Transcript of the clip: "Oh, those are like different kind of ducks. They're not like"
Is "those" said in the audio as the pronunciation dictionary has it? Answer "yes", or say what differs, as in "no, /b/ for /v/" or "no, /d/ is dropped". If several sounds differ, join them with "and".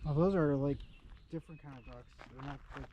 yes